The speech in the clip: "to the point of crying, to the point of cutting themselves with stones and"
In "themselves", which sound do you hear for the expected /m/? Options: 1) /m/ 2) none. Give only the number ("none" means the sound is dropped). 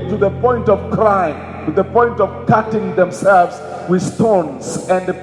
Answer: 1